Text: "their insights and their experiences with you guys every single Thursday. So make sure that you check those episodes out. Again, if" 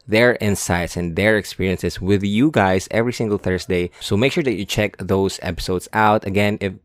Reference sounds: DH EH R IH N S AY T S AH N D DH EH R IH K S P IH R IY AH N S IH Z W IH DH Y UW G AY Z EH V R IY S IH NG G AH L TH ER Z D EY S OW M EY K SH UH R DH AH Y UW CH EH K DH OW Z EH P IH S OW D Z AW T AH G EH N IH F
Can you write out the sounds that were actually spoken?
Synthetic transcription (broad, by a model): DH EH R IH N S AY T S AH N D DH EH R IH K S P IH R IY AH N S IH S W IH DH Y UW G AY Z EH V R IY S IH NG G AH L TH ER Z D EY S OW M EY K SH UH R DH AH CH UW CH EH K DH OW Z EH P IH S OW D S AW T AH G EH N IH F